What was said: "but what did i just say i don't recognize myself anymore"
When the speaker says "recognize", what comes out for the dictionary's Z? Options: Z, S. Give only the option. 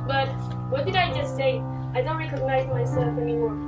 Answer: Z